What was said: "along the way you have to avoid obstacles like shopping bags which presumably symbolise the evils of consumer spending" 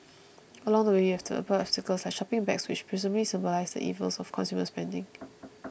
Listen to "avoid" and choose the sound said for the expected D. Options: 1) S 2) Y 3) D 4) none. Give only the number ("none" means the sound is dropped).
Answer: 4